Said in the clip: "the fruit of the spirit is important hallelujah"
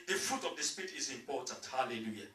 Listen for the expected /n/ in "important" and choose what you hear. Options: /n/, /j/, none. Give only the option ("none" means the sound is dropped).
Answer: none